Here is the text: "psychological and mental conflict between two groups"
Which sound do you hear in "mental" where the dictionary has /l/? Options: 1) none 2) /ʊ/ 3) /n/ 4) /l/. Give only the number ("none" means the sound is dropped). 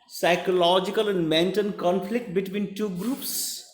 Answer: 3